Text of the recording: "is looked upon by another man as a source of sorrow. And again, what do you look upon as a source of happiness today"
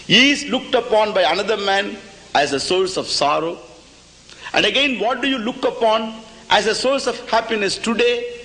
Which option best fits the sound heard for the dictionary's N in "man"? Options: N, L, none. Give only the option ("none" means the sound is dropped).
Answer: N